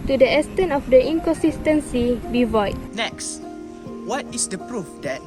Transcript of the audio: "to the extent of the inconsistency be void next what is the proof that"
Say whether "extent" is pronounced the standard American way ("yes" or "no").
no